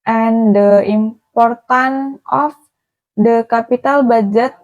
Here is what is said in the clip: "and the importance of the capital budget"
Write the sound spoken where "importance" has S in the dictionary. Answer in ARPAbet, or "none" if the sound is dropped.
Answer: none